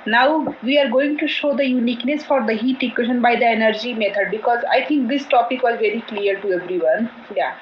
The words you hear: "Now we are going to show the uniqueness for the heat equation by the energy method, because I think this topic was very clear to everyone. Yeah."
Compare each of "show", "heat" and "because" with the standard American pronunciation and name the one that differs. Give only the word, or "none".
none